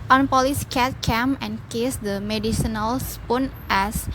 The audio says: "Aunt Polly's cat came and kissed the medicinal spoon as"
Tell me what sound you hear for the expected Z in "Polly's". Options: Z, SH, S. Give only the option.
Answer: S